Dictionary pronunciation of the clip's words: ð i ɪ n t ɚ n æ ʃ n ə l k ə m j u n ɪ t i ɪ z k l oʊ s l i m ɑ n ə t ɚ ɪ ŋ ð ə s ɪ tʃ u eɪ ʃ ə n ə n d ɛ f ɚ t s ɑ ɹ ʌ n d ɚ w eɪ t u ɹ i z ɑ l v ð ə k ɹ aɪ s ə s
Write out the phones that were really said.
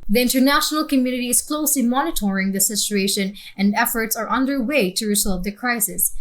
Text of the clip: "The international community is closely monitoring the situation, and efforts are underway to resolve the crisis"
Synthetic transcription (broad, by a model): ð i ɪ n t ɚ n æ ʃ n ə l k ə m j u n ɪ t i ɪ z k l oʊ s l i m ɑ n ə t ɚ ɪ ŋ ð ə s ɪ tʃ u eɪ ʃ ə n ə n d ɛ f ɚ t s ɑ ɹ ʌ n d ɚ w eɪ t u ɹ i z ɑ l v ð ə k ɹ aɪ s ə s